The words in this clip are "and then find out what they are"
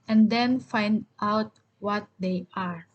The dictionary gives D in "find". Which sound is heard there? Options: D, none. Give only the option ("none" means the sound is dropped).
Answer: D